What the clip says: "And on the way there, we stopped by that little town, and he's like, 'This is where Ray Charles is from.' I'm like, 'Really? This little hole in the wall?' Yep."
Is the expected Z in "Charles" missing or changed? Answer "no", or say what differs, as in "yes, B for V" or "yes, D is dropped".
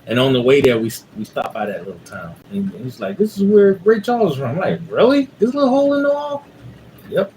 yes, Z is dropped